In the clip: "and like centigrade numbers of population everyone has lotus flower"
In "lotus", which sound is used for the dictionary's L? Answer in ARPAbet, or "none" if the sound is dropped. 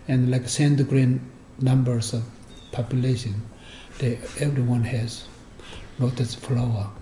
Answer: N